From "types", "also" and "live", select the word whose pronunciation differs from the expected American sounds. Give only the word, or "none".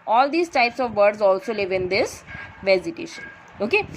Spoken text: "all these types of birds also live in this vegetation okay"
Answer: none